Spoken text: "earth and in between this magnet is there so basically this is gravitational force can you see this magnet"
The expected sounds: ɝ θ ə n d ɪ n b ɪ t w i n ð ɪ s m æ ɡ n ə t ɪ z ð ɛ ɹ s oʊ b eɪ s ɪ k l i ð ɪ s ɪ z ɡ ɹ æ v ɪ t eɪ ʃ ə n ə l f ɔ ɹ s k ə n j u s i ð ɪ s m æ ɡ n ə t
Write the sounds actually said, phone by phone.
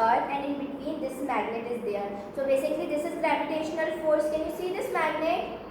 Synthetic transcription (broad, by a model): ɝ ə n d ɪ n b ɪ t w i n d ɪ s m æ ɡ n ə t ɪ z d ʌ ɹ s oʊ b eɪ s ɪ k l i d ɪ s ɪ z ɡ ɹ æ p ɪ t eɪ ʃ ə n ə l f ɔ ɹ s k ə n j u s i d ɪ s m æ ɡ n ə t